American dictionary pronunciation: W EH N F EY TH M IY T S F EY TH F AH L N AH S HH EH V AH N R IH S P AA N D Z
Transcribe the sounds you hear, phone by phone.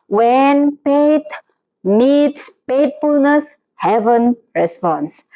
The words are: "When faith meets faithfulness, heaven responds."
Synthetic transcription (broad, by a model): W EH N P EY T M IY T S P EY T F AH L N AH S HH EH V AH N R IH S P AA N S